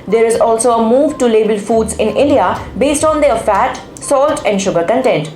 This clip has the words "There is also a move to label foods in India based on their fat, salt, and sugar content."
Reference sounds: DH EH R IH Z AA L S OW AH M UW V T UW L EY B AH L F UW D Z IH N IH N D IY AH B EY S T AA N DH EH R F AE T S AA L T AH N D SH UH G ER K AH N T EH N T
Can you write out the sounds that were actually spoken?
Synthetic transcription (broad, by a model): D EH R IH Z AA L S OW AH M UW V T UW L EY B AH L F UW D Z IH N IH N D IY AH B EY S T AA N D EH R F AE T S AA L T AH N D SH UH G ER K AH N T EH N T